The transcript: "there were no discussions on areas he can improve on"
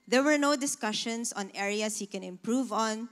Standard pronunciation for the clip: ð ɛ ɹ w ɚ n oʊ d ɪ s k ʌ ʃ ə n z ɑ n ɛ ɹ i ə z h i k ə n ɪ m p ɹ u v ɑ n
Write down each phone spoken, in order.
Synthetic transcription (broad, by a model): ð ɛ ɹ w ɚ n oʊ d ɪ s k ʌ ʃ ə n s ɑ n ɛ ɹ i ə s h i k ə n ɪ m p ɹ u v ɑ n